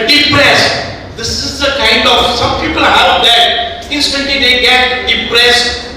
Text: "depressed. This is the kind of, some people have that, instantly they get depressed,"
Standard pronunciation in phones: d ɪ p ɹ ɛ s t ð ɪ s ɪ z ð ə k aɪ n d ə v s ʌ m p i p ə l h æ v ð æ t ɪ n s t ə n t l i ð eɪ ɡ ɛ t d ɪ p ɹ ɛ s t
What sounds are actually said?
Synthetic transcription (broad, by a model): d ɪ p ɹ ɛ s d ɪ s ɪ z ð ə k aɪ n d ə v s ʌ m p i p ə l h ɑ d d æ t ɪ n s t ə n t i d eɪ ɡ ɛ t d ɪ p ɹ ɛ s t